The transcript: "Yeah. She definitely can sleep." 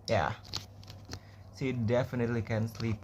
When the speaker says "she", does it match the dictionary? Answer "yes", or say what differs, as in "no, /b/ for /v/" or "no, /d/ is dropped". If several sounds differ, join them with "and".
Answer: no, /s/ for /ʃ/